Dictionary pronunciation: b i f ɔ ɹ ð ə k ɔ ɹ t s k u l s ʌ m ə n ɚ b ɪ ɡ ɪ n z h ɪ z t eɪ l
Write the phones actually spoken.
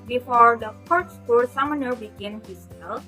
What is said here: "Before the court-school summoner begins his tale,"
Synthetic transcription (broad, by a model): b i f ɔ ɹ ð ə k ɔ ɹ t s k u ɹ s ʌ m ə n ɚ b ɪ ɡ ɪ n h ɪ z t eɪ l